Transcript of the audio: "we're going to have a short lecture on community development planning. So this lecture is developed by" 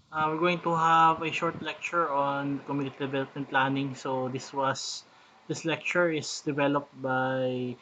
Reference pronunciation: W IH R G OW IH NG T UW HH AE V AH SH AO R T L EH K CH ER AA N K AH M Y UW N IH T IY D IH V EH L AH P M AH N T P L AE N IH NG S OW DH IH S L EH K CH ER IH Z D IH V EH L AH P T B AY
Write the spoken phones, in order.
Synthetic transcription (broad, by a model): W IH R G OW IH NG T UW HH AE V AH SH AO R T L EH K CH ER AA N K AH M Y UW N IH T IY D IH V EH L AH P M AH N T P L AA N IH NG S OW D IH S L EH K CH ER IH S D IH V EH L AH P T B AY